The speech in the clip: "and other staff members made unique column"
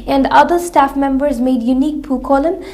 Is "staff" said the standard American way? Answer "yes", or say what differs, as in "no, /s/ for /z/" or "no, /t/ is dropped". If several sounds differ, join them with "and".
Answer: yes